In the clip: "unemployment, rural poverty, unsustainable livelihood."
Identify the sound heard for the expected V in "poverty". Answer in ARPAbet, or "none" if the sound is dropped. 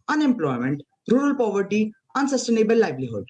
V